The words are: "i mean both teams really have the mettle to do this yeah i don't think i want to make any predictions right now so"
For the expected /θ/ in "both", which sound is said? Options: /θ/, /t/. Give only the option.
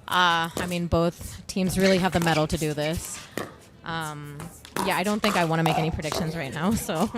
/θ/